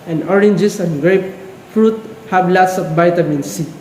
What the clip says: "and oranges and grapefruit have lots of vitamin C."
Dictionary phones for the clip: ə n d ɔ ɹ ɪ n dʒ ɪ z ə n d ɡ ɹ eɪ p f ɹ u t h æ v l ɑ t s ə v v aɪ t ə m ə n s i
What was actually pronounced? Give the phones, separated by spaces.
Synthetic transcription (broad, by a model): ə n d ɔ ɹ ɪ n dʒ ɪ s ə n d ɡ ɹ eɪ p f ɹ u t h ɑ b l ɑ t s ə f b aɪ t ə m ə n s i